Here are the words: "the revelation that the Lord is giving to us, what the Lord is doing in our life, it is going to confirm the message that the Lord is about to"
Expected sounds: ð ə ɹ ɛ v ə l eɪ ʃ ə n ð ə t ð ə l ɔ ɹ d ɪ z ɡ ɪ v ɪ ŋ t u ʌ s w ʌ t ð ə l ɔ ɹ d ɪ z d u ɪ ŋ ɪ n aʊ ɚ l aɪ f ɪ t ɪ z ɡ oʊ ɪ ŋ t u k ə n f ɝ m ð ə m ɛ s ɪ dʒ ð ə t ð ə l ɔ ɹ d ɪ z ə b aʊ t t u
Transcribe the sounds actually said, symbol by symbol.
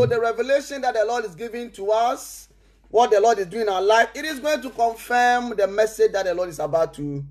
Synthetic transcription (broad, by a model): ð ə ɹ ɛ v ə l eɪ ʃ ə n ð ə t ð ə l ɔ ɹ d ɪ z ɡ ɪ v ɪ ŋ t u ʌ s w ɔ t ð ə l ɔ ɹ d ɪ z d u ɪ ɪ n aʊ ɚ l aɪ f ɪ t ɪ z ɡ oʊ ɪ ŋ t u k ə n f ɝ m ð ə m ɛ s ɪ dʒ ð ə t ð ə l ɔ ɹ d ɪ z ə b aʊ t t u